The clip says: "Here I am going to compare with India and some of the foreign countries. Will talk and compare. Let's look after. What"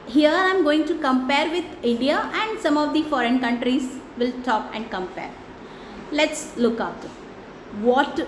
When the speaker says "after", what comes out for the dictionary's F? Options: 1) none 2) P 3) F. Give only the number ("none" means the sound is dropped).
1